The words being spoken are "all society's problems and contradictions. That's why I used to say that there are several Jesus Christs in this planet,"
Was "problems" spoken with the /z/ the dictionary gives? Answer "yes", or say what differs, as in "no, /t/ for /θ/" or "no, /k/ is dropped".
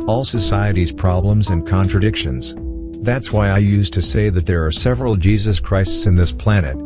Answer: yes